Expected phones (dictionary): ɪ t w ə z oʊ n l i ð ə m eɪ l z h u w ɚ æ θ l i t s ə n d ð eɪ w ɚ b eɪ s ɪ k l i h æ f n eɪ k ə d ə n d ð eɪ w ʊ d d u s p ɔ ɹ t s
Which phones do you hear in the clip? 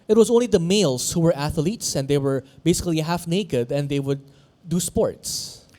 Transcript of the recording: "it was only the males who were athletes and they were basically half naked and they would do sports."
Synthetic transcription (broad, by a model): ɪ t w ə z oʊ n l i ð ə m eɪ l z h u w ɚ æ θ l i t s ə n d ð eɪ w ɚ b eɪ s ɪ k l i h æ f n eɪ k ə d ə n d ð eɪ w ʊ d d u s p ɔ ɹ t s